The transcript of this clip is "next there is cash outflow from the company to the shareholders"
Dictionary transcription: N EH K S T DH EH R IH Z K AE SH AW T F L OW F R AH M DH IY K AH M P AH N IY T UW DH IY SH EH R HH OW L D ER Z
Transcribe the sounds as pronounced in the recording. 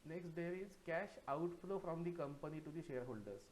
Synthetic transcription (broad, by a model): N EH K S T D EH R IH Z K AE SH AW T F L OW F R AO M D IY K AH M P AH N IY T UW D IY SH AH R HH OW L D ER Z